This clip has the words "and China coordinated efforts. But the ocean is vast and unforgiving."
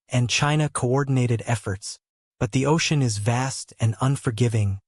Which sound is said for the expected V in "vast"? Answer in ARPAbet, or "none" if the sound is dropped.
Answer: V